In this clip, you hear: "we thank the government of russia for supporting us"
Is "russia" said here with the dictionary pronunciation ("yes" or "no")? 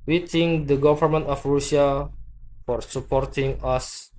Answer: no